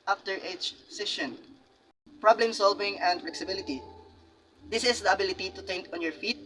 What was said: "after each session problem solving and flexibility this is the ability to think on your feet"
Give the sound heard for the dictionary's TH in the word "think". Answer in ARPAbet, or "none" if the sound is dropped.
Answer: T